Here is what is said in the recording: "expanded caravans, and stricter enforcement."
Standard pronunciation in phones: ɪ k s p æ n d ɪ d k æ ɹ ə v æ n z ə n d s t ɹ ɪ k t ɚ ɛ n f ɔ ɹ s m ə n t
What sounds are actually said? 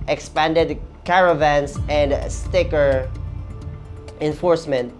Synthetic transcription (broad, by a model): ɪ k s p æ n d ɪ d k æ ɹ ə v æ n s ə n d s t ɪ k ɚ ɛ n f ɔ ɹ s m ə n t